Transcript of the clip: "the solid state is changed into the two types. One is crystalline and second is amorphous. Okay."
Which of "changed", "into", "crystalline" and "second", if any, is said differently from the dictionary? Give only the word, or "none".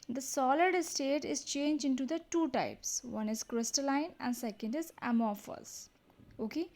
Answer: changed